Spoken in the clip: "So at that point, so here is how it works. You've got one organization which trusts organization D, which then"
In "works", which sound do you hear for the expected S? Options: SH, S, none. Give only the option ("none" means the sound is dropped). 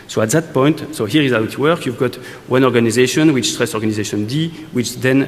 none